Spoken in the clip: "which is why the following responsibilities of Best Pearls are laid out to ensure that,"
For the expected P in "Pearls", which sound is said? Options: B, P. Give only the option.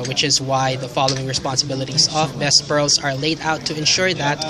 B